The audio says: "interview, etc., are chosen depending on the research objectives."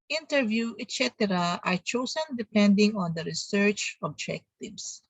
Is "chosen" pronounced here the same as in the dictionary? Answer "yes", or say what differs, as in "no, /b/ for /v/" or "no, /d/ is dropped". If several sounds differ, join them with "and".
no, /s/ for /z/